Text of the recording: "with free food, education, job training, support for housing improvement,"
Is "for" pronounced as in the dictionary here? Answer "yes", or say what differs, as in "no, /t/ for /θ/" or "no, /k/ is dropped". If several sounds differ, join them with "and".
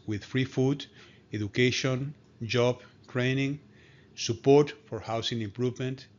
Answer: yes